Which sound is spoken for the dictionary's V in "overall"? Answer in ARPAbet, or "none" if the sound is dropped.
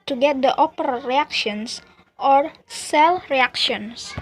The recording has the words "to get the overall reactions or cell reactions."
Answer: P